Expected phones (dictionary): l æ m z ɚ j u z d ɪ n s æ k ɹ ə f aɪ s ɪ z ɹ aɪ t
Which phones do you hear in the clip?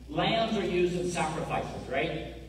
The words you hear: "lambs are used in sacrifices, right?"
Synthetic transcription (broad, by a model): l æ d z ɚ j u z d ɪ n s æ k ɹ ə f aɪ s ɪ z ɹ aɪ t